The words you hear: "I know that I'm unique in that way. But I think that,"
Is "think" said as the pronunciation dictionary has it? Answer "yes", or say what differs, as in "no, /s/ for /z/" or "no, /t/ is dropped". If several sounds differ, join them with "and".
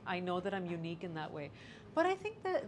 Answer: yes